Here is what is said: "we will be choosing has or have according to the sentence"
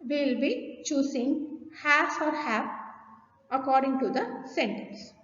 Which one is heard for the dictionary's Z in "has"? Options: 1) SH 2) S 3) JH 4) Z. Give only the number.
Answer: 2